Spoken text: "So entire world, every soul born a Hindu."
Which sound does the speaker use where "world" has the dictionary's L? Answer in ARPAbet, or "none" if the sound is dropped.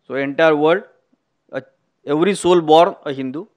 none